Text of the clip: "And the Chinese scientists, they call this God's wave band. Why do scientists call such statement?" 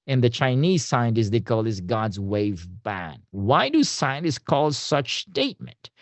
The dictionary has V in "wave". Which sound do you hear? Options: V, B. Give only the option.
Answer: V